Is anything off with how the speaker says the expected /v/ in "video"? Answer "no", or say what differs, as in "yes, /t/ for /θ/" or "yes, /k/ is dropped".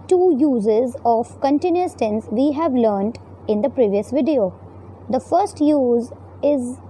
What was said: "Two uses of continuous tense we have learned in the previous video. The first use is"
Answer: no